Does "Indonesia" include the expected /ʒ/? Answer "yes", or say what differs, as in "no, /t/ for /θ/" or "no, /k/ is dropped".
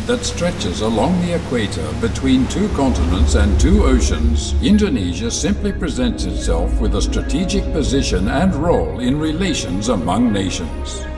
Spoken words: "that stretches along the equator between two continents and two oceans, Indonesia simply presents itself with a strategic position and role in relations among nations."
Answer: yes